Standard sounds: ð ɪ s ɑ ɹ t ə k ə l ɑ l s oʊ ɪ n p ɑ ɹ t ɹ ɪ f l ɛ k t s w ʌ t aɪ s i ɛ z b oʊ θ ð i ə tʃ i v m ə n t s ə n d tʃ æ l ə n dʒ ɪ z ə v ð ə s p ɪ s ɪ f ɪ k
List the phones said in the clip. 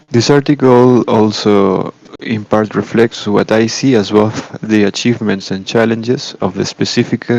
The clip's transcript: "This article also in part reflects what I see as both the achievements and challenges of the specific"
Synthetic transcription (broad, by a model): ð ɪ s ɑ ɹ t ə k ə l ɑ l s oʊ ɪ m p ɑ ɹ t ɹ ɪ f l ɛ k t s w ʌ t aɪ s i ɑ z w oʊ f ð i ə tʃ i v m ə n t s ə n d tʃ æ l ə n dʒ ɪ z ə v ð ə s p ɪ s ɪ f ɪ k